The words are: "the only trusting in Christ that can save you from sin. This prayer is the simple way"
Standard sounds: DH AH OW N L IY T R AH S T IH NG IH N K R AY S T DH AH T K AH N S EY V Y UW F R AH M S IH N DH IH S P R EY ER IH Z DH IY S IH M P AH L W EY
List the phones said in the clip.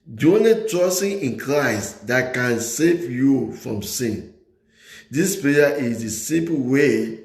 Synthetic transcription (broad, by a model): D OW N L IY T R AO S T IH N IH N K R AY S T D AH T K AH N S EY V Y UW F R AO M S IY N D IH S P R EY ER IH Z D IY S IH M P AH W EY